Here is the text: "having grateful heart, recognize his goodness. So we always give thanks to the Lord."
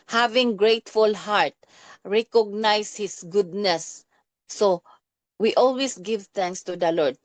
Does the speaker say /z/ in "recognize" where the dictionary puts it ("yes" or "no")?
no